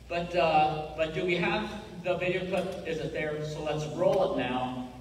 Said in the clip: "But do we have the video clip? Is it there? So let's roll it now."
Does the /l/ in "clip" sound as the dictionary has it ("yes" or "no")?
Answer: no